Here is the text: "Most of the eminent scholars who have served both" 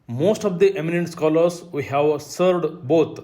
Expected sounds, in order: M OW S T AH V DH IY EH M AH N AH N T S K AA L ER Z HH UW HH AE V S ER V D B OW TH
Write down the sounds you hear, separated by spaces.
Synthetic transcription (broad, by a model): M OW S T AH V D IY EH M AH N AH N T S K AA L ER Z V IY HH AE V S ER D B OW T